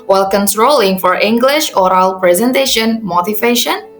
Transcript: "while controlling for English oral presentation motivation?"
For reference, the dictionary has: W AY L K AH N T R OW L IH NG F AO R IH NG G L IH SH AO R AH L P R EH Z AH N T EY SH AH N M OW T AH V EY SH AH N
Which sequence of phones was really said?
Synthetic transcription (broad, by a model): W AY L K AH N T R OW L IH NG F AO R IH NG G L IH SH AO R AH L P R EH Z AH N T EY SH AH N M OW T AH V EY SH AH N